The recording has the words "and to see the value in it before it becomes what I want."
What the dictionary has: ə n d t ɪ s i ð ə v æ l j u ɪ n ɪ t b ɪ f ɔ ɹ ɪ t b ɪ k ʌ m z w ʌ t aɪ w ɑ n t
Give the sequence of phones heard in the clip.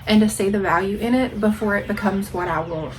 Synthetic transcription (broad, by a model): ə n t ɪ s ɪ ð ə v æ l j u ɪ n ɪ t b ɪ f ɔ ɹ ɪ t b ɪ k ʌ m z w ʌ t aɪ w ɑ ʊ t